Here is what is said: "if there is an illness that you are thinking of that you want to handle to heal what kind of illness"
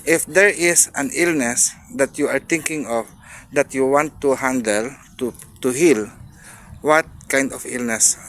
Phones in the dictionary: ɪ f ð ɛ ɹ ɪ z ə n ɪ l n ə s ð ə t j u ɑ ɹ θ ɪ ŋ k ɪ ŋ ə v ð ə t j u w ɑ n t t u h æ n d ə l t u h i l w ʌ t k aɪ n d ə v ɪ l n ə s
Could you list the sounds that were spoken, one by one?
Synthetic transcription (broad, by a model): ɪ f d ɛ ɹ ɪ s ə n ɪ l n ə s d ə t j u ɑ ɹ t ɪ ŋ k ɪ ŋ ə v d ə t j u w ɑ n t t u h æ n d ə l t u h i l w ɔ t k aɪ n d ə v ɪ l n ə s